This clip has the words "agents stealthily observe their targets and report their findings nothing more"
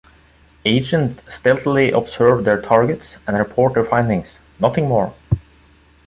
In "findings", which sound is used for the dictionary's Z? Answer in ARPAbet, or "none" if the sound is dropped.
S